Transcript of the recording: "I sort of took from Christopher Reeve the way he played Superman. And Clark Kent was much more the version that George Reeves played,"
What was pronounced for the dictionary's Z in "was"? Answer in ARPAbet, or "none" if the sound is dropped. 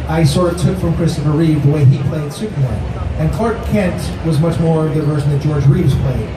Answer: Z